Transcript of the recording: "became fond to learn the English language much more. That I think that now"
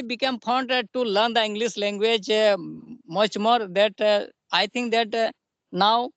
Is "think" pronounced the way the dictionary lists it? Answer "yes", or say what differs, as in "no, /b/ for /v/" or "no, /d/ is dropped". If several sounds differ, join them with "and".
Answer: no, /t/ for /θ/